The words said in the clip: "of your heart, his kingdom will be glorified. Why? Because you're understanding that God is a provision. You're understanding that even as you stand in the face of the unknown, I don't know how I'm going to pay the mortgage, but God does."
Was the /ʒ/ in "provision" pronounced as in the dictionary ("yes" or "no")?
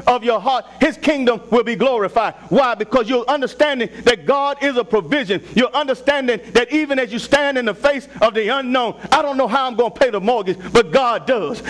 yes